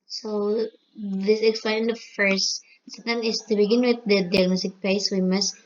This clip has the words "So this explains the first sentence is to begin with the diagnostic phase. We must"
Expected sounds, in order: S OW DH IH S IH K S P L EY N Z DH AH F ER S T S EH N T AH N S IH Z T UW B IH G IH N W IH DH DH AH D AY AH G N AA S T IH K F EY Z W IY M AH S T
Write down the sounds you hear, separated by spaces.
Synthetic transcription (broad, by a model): S OW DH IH S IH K S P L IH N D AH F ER S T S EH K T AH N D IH S T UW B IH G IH N W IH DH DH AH D AY AH G N AA S T IH K P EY S W IY M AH S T